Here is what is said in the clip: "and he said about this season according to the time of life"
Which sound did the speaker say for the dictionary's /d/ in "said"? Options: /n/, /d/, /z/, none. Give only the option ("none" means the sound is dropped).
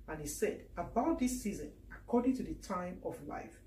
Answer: /d/